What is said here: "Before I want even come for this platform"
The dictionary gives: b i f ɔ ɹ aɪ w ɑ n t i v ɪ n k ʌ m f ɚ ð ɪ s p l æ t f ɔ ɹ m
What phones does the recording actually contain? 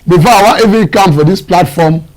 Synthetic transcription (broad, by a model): b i f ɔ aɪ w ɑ t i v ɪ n k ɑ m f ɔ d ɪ s p l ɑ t f ɔ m